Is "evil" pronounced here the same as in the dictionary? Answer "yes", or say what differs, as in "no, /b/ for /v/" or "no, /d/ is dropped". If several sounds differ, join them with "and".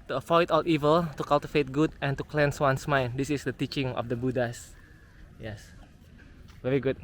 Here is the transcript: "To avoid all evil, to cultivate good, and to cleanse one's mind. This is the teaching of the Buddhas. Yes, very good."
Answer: yes